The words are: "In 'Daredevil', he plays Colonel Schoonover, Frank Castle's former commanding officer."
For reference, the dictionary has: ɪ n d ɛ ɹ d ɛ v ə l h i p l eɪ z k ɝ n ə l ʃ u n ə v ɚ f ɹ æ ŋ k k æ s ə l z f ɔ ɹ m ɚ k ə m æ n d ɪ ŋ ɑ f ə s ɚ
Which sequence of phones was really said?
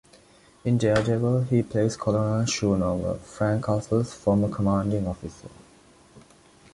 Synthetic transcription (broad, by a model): ɪ n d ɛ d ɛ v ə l h i p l eɪ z k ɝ l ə n ʃ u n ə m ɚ f ɹ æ ŋ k k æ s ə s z f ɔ m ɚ k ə m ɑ n d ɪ ŋ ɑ f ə s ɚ